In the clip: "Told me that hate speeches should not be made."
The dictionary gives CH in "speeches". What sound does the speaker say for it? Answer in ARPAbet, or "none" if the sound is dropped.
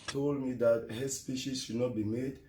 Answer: SH